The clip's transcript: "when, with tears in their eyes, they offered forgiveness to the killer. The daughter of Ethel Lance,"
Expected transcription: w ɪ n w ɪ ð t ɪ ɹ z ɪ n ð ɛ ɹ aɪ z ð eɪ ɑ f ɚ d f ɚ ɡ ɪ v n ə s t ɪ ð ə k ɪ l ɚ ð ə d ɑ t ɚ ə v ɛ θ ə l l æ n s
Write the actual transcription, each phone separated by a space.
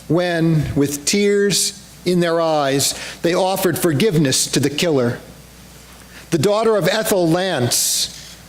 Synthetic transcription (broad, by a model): w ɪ n w ɪ ð t ɪ ɹ z ɪ n ð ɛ ɹ aɪ z ð eɪ ɑ f ɚ d f ɚ ɡ ɪ v n ə s t ɪ ð ə k ɪ l ɚ ð ə d ɑ t ɚ ə v ɛ θ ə l l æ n s